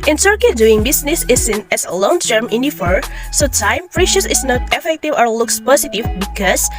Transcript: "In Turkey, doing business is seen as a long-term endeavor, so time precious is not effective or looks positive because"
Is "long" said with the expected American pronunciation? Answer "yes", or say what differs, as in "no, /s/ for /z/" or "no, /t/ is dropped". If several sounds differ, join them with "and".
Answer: yes